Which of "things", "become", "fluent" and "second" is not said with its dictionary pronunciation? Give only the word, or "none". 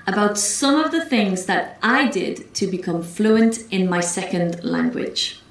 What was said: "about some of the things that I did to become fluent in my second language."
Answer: none